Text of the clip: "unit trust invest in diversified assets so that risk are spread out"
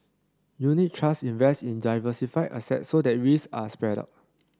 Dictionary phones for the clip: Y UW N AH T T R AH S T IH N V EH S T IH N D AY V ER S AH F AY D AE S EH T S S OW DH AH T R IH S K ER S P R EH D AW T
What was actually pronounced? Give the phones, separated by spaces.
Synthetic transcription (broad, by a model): Y UW N AH T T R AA S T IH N V EH S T IH N D AY V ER S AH F AY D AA S EH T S S OW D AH T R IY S AA S P R EH D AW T